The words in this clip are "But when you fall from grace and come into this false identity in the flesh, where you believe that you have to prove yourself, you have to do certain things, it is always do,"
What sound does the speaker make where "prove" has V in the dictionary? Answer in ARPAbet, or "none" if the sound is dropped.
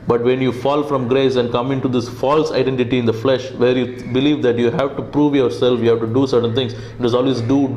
V